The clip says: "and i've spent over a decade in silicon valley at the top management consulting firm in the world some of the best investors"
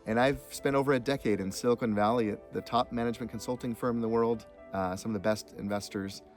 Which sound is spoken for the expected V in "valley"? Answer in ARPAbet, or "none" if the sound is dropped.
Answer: V